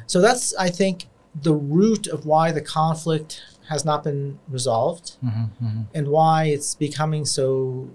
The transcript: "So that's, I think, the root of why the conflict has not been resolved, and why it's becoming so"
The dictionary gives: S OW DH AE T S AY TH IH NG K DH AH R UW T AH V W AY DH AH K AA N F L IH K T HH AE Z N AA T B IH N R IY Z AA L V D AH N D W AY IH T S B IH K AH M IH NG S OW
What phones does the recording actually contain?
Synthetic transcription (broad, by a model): S OW DH AE T S AY TH IH NG K DH AH R UW T AH V W AY DH AH K AA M F L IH K T HH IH Z N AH T B IH N R IY Z AA L V D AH N W AY IH T S B IH K AH M IH NG S OW